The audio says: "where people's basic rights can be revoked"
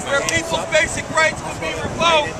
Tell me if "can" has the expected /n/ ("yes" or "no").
no